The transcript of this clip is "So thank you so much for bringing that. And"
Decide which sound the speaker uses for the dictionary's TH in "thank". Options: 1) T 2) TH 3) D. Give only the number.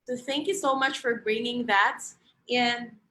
2